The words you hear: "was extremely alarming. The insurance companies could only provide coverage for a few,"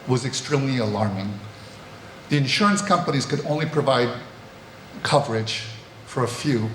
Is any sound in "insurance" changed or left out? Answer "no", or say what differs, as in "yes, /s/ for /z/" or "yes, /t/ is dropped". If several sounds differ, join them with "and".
no